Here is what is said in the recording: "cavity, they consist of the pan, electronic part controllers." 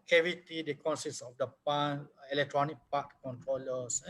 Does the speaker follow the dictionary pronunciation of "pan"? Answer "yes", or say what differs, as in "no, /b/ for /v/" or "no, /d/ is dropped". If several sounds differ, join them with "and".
no, /n/ is dropped